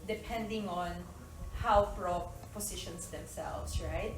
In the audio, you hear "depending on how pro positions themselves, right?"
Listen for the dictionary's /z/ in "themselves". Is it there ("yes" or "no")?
no